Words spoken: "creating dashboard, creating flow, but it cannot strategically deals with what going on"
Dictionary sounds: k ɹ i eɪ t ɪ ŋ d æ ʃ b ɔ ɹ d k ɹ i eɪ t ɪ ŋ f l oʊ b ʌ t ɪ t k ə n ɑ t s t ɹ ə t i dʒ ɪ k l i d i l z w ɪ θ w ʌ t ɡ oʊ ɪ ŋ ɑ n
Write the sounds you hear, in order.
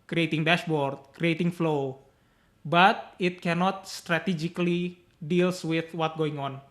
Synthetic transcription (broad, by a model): k ɹ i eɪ t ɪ ŋ d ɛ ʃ b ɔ ɹ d k ɹ i eɪ t ɪ ŋ f l oʊ b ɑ t ɪ t k ə n ɑ t s t ɹ ə t i dʒ ɪ k l i d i l s w ɪ θ w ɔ t ɡ oʊ ɪ ŋ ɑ n